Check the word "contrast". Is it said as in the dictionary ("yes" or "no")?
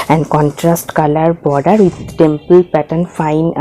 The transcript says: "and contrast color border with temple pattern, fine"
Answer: yes